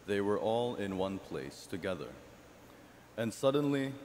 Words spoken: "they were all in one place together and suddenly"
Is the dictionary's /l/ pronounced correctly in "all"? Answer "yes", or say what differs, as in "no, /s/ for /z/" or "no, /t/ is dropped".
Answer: yes